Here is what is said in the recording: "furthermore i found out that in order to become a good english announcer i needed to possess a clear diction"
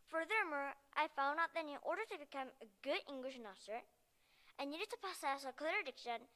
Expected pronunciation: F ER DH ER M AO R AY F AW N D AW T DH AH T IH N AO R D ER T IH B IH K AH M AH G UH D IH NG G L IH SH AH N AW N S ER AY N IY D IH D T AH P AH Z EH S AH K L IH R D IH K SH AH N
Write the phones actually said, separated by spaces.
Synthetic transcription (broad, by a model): F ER DH ER M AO R AY F AW N D AW T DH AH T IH N AO R D ER T IH B IH K AH M AH G UH D IH NG G L IH SH N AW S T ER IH N IY D IH D T AH P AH S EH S AH K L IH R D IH K SH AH N